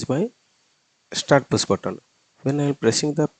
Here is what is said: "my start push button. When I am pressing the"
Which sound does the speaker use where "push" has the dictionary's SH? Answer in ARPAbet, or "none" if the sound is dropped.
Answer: S